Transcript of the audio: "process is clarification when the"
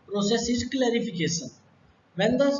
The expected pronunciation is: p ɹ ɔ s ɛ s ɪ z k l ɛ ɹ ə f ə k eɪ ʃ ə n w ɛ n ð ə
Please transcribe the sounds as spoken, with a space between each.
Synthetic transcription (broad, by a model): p ɹ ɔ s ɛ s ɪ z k l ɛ ɹ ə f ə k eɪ s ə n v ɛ n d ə